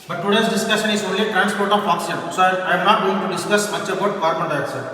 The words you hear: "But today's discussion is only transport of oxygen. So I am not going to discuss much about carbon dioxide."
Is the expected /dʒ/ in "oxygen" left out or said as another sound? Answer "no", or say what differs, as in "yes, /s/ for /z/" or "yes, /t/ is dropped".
yes, /dʒ/ is dropped